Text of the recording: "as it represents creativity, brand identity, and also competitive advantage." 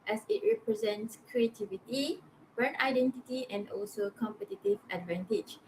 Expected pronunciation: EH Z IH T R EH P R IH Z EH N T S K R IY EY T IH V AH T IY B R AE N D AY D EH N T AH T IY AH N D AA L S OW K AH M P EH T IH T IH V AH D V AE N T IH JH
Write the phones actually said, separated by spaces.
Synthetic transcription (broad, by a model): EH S IH T R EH P R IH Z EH N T S K R IY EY T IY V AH T IY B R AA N AY D EH N T AH T IY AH N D AA L S OW K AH M P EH T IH T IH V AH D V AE N T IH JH